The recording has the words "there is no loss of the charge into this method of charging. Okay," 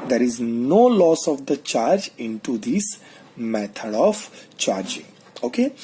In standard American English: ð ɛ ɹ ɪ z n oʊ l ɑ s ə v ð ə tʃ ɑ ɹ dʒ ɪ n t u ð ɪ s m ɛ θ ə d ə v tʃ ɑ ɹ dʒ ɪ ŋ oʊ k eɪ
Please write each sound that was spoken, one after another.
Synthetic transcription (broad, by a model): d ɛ ɹ ɪ z n oʊ l ɑ s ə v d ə tʃ ɑ ɹ dʒ ɪ n t u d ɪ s m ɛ t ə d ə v tʃ ɑ ɹ dʒ ɪ ŋ oʊ k eɪ